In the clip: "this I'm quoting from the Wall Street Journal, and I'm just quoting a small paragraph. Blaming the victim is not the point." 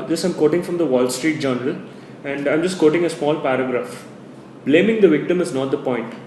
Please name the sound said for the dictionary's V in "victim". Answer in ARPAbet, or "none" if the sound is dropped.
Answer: V